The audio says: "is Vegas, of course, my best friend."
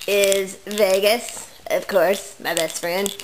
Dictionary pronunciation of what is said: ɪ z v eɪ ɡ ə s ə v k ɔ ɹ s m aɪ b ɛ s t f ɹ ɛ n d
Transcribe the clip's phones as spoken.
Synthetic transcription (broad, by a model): ɪ z v eɪ ɡ ə s ə v k ɔ ɹ s m aɪ b ɛ s t f ɹ ɛ n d